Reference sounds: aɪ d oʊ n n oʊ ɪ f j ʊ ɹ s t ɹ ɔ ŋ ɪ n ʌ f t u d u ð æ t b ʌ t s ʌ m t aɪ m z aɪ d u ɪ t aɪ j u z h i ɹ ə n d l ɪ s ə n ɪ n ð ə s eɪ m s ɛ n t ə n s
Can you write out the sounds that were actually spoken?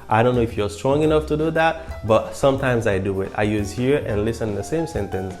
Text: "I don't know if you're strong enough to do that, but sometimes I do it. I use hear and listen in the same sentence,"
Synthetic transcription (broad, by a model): aɪ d oʊ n n oʊ ɪ f j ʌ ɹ s t ɹ ɔ ŋ ɪ n ʌ f t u d u ð æ t b ʌ t s ʌ m t aɪ m z aɪ d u ɪ t aɪ j u z h i ɹ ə n l ɪ s ə n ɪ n ð ə s eɪ m s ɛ n t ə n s